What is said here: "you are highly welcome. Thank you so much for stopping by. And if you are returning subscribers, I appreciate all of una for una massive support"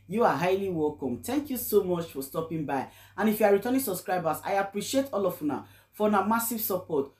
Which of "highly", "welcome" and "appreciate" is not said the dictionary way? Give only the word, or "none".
none